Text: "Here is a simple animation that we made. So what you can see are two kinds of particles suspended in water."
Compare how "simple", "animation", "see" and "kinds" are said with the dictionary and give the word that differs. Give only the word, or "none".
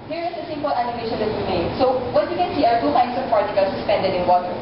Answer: kinds